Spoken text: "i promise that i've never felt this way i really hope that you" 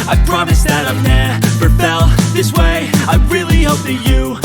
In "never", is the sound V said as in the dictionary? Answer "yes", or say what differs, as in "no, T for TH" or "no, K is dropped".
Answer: no, P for V